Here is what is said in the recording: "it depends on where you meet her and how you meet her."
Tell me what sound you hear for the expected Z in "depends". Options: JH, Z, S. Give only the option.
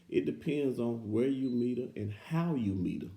Z